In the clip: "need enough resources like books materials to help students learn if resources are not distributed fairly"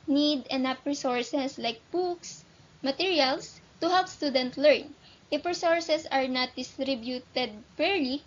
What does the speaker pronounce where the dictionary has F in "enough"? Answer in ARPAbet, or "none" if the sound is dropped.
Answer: P